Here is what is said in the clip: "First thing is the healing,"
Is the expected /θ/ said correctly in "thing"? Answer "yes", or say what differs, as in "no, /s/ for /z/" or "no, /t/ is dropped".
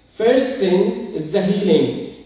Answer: no, /s/ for /θ/